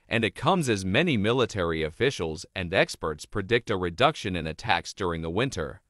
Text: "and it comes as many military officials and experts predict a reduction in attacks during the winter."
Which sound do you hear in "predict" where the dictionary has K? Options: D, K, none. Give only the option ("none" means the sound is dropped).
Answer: K